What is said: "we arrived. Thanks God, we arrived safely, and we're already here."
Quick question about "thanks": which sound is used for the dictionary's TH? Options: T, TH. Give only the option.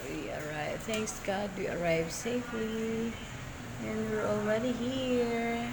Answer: TH